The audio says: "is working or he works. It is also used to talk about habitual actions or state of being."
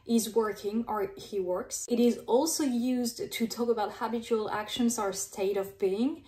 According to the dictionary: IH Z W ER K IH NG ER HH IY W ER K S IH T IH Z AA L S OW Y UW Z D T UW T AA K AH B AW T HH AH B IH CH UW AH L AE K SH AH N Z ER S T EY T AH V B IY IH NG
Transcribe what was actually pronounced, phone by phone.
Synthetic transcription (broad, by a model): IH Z W ER K IH NG ER HH IY W ER K S IH T IH Z AA L S OW Y UW Z D T UW T AA K AH B AW T HH AH B IH CH UW AH L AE K SH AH N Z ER S T EY T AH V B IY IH NG